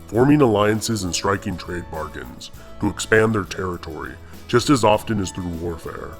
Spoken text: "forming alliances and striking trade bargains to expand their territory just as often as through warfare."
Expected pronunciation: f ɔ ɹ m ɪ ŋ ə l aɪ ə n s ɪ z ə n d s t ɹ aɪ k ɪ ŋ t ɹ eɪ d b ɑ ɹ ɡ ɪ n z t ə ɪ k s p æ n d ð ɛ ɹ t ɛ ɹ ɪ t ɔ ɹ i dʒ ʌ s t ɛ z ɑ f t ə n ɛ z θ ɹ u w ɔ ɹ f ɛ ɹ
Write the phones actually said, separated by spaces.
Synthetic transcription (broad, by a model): f ɔ ɹ m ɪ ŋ ə l aɪ ə n s ɪ z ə n s t ɹ aɪ k ɪ ŋ t ɹ eɪ d b ɑ ɹ ɡ ɪ n z t ə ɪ k s p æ n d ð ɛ ɹ t ɛ ɹ ɪ t ɔ ɹ i dʒ ʌ s t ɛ z ɑ f t ə n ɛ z θ ɹ u w ɔ ɹ f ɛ ɹ